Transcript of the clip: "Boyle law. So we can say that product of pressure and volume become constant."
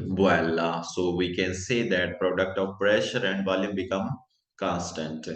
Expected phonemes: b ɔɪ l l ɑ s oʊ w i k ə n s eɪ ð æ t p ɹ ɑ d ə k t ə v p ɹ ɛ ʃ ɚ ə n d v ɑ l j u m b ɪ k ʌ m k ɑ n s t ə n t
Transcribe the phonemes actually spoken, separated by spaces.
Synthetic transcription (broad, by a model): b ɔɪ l l ɑ s oʊ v i k ə n s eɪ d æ t p ɹ ɑ d ə k t ə v p ɹ ɛ ʃ ɚ ə n d v ɑ l j u m b ɪ k ʌ m k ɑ n s t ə n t